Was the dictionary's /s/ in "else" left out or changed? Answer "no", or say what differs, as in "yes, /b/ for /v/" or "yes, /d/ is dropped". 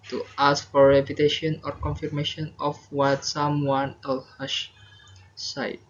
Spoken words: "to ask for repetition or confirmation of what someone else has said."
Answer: yes, /s/ is dropped